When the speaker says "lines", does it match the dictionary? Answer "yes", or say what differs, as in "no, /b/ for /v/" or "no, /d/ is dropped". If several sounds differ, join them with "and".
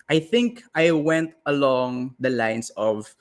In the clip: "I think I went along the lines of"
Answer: no, /s/ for /z/